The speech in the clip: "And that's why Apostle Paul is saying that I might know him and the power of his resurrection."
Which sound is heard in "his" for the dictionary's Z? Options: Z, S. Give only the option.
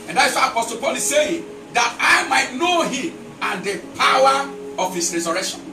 S